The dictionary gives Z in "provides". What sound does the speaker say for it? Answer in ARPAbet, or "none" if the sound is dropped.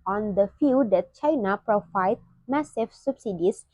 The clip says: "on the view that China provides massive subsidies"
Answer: none